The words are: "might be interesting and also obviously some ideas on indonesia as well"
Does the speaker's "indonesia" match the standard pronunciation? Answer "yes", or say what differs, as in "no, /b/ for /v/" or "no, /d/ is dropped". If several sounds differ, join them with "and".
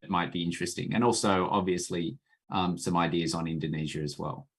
yes